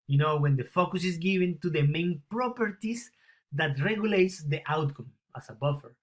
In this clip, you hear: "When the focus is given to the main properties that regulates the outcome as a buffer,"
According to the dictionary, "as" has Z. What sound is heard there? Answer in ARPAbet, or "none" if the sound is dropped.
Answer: S